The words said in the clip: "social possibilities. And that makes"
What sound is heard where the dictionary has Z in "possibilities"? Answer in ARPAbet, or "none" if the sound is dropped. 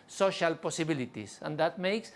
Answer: S